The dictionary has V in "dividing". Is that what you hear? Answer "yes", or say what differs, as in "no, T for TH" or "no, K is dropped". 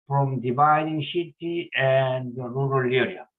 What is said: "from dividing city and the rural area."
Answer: no, B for V